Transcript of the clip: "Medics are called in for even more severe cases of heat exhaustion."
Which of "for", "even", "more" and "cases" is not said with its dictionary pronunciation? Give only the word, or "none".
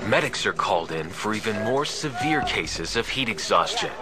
none